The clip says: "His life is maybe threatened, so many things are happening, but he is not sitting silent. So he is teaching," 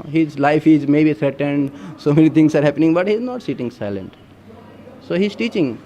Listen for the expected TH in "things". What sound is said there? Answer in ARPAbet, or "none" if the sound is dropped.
T